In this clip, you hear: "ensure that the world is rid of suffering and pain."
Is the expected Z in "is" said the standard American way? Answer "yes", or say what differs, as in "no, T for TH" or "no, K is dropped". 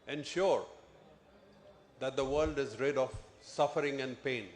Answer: yes